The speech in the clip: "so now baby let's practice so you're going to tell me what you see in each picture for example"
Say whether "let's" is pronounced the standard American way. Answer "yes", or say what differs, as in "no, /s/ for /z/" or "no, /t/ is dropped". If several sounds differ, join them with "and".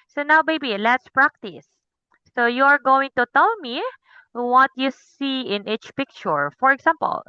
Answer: yes